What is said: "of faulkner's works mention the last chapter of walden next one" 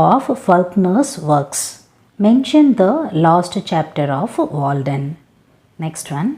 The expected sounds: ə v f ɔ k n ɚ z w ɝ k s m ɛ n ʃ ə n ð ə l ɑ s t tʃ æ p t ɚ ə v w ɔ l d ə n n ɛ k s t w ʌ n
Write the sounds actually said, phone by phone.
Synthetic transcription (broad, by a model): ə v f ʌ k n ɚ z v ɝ k s m ɛ n ʃ ə n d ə l ɑ s t tʃ æ p t ɚ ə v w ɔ l d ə n n ɛ k s t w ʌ n